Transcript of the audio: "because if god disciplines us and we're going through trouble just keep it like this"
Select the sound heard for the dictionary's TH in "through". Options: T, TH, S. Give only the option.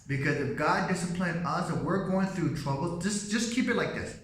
TH